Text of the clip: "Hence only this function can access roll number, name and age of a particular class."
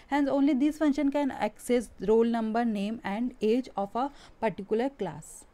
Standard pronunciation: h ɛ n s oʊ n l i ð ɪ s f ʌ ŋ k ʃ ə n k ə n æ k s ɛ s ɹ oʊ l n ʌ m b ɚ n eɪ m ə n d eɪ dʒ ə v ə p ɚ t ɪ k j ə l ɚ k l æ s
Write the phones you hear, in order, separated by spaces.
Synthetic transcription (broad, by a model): h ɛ n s oʊ n l i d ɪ s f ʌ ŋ ʃ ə n k ə n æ k s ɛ s ɹ oʊ l n ʌ m b ɚ n eɪ m ə n d eɪ dʒ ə f ə p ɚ t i k j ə l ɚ k l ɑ s